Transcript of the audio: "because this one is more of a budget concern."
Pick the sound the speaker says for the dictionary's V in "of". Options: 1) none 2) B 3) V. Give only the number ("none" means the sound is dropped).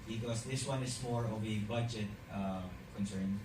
2